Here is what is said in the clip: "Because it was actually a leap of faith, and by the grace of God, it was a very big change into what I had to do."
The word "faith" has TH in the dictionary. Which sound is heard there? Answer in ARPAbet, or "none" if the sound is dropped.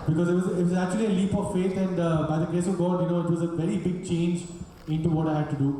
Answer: T